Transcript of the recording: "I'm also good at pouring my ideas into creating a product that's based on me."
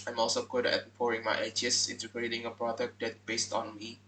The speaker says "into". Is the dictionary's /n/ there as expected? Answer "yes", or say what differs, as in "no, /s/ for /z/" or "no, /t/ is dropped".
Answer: yes